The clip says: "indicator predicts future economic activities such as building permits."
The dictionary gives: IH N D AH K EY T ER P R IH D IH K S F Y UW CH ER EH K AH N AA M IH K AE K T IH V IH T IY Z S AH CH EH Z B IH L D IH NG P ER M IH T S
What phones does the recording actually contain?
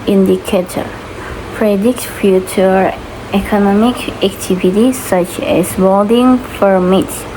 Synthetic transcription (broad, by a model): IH N D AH K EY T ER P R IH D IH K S F Y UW CH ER EH K AH N AA M IH K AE K T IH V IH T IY S AH CH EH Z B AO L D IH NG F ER M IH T